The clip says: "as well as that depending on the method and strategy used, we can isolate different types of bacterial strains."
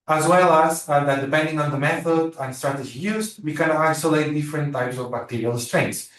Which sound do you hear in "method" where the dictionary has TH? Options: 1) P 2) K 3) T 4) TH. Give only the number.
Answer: 4